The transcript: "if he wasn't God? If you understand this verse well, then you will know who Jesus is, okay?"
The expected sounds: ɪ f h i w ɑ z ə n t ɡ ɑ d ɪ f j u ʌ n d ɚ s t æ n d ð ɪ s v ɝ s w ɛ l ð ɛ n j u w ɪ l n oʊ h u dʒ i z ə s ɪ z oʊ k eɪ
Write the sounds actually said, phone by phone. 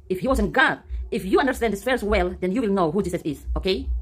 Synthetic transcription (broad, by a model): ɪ f h i w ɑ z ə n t ɡ ɑ d ɪ f j u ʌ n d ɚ s t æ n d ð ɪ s f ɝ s w ɛ l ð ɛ n j u w ɪ l n oʊ h u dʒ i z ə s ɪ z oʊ k eɪ